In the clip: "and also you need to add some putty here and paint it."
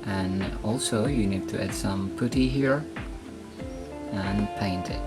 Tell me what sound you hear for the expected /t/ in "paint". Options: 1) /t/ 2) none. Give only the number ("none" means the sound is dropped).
1